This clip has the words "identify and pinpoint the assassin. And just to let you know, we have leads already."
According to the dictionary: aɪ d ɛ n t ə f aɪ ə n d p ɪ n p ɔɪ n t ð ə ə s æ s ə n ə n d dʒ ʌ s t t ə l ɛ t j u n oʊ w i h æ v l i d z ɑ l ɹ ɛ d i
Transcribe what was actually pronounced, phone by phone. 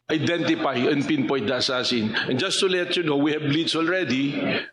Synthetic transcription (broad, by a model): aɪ d ɛ n t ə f aɪ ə n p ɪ n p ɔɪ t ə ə s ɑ s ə n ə n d dʒ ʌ s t t ə l ɛ t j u n oʊ w i h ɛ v l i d s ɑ l ɹ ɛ d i